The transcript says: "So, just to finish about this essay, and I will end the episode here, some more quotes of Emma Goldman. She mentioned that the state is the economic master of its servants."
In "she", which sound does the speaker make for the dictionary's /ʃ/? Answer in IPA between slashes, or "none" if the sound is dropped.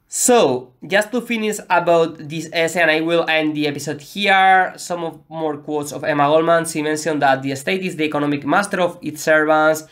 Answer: /s/